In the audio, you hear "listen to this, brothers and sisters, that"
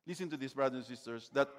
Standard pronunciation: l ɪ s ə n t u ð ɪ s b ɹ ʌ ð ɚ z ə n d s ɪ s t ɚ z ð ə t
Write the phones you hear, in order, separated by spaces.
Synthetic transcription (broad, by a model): l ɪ s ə n t u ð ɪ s b ɹ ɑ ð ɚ ə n s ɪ s t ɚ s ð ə t